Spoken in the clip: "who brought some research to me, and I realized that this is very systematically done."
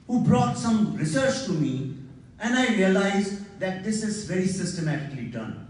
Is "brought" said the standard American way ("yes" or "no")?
yes